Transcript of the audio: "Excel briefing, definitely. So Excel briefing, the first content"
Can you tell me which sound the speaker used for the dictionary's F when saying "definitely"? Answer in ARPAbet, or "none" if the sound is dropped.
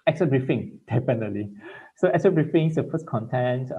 P